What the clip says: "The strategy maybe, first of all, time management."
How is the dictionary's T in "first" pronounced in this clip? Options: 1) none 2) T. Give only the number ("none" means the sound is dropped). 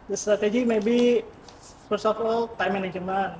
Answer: 1